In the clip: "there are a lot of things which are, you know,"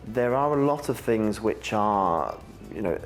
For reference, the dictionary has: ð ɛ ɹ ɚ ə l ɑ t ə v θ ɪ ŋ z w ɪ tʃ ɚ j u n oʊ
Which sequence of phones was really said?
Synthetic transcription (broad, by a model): ð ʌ ɹ ɚ ə l ɑ t ə v θ ɪ ŋ z w ɪ tʃ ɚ j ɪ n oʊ